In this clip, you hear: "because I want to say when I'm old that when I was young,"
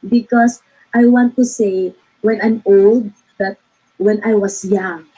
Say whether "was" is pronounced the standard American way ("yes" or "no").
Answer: no